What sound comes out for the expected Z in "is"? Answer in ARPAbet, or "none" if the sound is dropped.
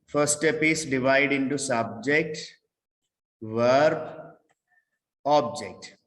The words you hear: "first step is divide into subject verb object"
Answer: S